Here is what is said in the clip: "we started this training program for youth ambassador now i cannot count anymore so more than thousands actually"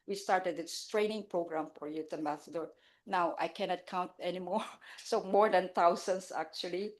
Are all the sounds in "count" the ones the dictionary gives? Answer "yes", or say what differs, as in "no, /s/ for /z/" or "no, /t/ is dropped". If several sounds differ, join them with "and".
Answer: yes